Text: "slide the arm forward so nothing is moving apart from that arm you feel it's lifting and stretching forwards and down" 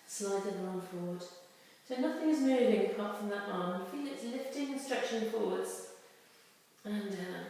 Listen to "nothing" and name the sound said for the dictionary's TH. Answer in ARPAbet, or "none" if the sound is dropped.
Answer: TH